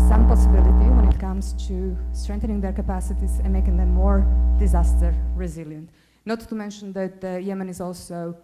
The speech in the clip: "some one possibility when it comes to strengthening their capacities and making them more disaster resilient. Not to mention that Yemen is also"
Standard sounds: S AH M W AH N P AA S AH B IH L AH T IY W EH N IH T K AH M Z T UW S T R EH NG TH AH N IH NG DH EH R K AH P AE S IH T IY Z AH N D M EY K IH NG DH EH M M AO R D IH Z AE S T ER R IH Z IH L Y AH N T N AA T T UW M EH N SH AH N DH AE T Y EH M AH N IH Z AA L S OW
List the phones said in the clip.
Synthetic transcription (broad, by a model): S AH M P AA S AH B IH L AH T IY W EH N IH T K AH M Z T UW S T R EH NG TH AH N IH NG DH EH R K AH P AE S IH T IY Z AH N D M EY K IH NG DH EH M M AO R D IH Z AE S T ER R IH Z IH L Y AH N T N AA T T UW M EH N SH AH N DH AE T Y EH M AH N IH Z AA L S OW